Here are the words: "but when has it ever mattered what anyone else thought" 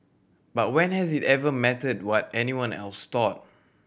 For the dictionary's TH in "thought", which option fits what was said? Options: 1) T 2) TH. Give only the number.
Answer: 1